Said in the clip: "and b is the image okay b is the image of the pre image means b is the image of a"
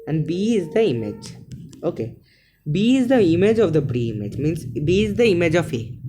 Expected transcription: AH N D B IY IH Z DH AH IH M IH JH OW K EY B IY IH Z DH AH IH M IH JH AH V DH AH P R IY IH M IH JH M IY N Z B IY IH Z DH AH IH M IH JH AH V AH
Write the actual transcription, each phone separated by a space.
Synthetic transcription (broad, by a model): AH N D B IY IH Z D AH IH M IH JH OW K EY B IY IH Z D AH IH M IH JH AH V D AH B R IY IH M IH JH M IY N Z B IY IH Z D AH IH M IH JH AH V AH